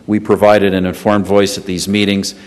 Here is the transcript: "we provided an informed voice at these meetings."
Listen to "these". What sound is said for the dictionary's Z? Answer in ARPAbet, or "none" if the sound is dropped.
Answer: Z